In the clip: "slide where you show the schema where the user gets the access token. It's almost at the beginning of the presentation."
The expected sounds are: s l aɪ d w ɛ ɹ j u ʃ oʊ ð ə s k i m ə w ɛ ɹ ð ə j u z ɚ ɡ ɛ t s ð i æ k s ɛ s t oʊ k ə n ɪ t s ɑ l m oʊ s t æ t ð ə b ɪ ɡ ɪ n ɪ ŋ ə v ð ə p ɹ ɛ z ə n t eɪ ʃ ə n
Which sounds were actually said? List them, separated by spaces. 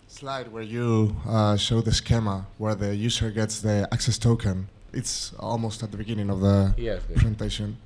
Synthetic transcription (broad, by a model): s l aɪ d w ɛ ɹ j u ʃ oʊ ð ə s k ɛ m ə w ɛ ɹ ð ə j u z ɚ ɡ ɛ t s ð i æ k s ɛ s t oʊ k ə n ɪ t s ɑ l m oʊ s t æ t ð ə b ɪ ɡ ɪ n ɪ ŋ ə v ð ə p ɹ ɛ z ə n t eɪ ʃ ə n